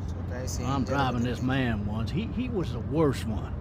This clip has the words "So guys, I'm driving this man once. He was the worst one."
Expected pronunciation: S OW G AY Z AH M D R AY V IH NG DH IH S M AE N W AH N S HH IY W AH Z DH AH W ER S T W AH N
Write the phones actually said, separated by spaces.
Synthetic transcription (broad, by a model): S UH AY AH M D R AY V IH NG DH IH S M AE N W AH N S HH IY W AH Z DH AH W ER S T W AH N